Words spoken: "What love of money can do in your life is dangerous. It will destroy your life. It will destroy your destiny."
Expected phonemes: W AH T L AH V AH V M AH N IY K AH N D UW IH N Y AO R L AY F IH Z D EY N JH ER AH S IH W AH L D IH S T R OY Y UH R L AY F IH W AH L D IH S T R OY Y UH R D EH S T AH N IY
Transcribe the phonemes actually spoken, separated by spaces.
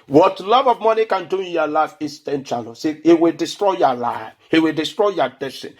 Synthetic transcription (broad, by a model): W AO T L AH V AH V M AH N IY K AH N D UW IH N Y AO L AY F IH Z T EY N CH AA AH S IH W AH L D IH S T R OY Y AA L AY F IH W AH L D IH S T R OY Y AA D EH S T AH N